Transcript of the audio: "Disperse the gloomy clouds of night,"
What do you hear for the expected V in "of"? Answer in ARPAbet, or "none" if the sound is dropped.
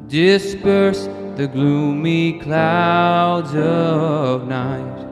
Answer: V